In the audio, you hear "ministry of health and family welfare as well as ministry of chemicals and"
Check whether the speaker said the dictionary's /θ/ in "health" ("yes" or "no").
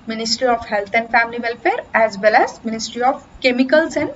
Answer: no